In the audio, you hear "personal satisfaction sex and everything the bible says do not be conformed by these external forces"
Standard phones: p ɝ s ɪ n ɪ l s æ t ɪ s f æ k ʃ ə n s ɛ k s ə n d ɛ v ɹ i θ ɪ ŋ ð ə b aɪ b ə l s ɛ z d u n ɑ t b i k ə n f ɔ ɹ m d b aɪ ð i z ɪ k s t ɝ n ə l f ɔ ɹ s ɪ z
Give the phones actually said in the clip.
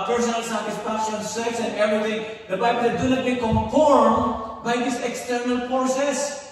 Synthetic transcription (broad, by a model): p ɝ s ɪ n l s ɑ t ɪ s p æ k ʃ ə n s ɛ k s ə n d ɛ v ɹ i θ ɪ ŋ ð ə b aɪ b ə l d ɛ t d u n ɑ t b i k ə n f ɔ ɹ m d b aɪ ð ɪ s ɪ k s t ɝ n ə l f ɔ s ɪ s